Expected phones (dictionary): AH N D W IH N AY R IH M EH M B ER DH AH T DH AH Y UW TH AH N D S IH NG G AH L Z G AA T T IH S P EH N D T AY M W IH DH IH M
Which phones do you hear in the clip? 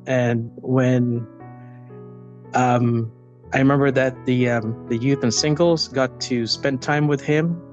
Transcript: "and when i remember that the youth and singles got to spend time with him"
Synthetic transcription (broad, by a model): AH N W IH N AY R IH M EH M B ER DH AH T DH AH Y UW TH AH N S IH NG G L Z G AA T T IH S P EH N T AY M W IH DH IH M